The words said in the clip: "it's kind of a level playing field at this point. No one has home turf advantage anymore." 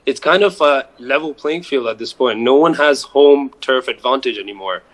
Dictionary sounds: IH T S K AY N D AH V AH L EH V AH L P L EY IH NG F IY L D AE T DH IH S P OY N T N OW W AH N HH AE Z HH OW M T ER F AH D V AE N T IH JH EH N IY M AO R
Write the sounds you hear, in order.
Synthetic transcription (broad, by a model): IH T S K AY N D AH V AH L EH V L P L EY IH NG F IY L D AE T DH IH S P OY N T N OW W AH N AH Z HH OW M T ER F AH D V AE N T IH JH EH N IY M AO R